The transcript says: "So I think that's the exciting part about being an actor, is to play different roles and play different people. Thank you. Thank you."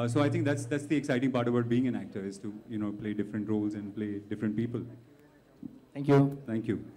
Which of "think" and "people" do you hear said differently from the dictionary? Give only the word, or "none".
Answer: think